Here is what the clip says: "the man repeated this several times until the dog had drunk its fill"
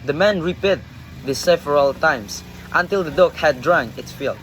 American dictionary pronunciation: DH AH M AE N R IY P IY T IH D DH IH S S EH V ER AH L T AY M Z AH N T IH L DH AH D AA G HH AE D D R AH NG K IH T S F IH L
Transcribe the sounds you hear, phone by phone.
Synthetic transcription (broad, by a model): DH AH M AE N R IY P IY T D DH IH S S EH V ER AH L T AY M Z AH N T IH L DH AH D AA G HH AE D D R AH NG IH T S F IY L